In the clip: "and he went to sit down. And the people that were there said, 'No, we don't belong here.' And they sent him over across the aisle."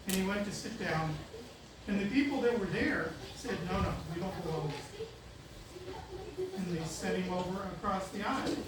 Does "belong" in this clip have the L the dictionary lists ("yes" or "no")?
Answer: no